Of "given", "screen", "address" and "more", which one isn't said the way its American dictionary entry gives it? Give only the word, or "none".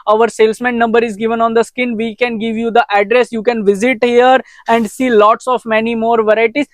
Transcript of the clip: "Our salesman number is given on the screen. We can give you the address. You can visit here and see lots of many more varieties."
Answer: screen